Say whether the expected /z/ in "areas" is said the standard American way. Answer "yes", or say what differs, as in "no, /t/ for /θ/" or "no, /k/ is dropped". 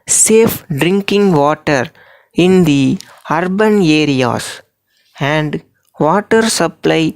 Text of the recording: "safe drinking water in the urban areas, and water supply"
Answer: no, /s/ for /z/